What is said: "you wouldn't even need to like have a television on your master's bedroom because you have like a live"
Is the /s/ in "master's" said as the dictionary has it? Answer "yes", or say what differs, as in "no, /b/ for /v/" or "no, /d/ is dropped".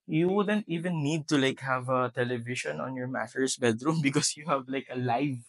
no, /s/ is dropped